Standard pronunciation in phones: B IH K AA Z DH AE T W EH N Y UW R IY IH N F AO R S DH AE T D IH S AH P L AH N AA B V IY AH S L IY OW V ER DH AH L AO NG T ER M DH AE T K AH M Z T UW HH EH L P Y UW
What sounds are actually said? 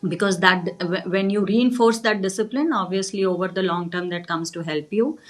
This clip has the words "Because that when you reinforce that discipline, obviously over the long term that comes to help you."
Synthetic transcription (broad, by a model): B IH K AA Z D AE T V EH N Y UW R IY IH N F AO R S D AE T D IH S AH P L AH N AA B V IY AH S L IY OW V ER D AH L AO NG T ER M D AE T K AH M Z T UW HH EH L P Y UW